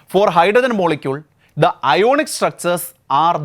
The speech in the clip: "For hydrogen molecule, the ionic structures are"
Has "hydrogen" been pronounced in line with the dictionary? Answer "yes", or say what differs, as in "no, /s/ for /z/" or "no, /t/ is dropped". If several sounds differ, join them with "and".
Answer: no, /ɹ/ is dropped